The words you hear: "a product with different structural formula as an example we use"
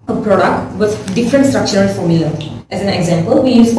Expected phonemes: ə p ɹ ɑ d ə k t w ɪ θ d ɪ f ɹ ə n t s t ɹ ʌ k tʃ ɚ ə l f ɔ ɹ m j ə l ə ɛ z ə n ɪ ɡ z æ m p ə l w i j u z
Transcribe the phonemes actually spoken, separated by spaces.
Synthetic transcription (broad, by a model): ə p ɹ ɑ d ə k t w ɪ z d ɪ f ɹ ə n t s t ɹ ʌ k tʃ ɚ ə n f ɔ ɹ m j ə l ə ɛ z ə n ɪ ɡ z æ m p ə l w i j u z